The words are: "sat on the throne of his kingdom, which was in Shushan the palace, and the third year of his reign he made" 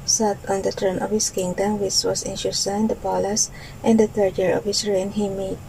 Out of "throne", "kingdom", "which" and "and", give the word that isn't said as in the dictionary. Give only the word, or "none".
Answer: throne